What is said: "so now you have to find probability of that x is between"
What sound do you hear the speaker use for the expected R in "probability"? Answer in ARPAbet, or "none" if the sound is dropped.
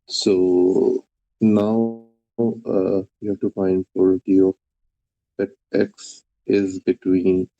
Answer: none